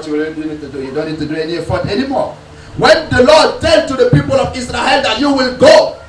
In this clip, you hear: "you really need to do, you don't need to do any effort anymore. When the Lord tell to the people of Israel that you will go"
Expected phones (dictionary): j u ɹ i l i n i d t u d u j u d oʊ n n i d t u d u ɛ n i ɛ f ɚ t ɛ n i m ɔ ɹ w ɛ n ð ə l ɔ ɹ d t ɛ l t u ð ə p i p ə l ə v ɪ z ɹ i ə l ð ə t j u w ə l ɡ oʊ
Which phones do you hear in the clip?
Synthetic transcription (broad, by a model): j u w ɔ n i n i d t u d u j u d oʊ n n i d t u d u ɛ n i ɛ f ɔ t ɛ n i m ɔ w ɛ n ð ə l ɔ d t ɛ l t u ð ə p i p ə l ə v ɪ s ɹ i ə l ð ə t j u w ə l ɡ oʊ